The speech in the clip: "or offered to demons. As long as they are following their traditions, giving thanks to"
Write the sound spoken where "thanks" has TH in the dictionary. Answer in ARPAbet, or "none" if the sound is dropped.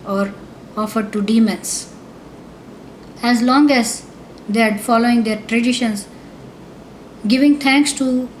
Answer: T